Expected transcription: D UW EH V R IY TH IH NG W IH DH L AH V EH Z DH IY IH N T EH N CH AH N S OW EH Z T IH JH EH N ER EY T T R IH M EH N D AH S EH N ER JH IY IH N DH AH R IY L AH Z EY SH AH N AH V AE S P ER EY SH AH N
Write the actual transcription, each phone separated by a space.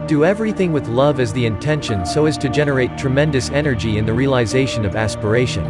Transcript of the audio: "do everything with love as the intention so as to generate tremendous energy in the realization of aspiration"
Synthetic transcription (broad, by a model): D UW EH V R IY TH IH NG W IH DH L AH V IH Z DH IY IH N T EH N SH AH N S OW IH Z T IH JH EH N ER EY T T R IH M EH N D AH S EH N ER JH IY IH N DH AH R IY L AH Z EY SH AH N AH V AE S P ER EY SH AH N